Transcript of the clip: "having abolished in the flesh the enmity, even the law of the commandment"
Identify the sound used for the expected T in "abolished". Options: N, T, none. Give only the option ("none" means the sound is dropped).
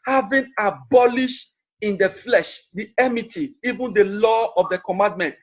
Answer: T